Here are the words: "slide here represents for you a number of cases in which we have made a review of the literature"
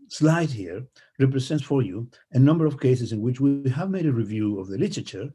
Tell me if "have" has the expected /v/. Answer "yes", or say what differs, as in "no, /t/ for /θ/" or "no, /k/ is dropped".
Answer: yes